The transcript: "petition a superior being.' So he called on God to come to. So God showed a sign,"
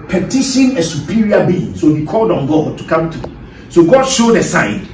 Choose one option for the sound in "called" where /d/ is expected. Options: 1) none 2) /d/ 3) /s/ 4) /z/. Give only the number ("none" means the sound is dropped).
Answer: 2